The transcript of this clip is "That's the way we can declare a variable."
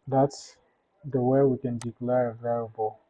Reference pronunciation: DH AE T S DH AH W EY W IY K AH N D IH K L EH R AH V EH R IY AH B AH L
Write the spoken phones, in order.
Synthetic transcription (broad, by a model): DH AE T S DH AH W EY W IY K AH N D IH K L EH R AH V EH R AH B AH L